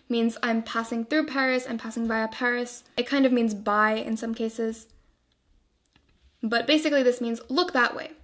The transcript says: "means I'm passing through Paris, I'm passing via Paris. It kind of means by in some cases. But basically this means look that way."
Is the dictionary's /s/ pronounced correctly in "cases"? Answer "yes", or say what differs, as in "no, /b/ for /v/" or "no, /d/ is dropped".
yes